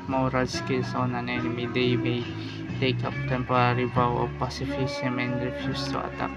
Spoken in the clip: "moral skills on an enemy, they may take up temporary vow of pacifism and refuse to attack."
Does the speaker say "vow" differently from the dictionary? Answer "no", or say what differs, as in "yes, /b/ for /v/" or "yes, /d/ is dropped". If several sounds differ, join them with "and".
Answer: yes, /b/ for /v/